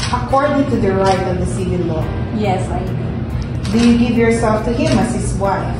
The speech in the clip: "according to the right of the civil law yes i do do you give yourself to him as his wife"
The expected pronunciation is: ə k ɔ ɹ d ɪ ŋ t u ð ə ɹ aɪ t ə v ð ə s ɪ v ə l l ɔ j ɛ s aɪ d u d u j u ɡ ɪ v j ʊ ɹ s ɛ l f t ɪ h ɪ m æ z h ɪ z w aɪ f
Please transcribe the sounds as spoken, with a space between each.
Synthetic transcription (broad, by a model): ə k ɔ ɹ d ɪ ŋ t u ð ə ɹ aɪ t ə v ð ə s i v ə n l ɔ j ɛ s aɪ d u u j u ɡ ɪ v j ʊ ɹ s ɛ l f t ɪ h ɪ m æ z h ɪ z w aɪ f